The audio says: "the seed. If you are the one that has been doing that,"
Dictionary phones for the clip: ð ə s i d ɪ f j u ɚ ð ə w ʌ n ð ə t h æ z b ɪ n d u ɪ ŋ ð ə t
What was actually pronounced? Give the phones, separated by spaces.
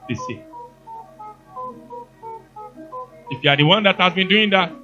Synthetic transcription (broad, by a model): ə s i ɪ f j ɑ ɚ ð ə w ʌ n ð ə t h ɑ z b ɪ n d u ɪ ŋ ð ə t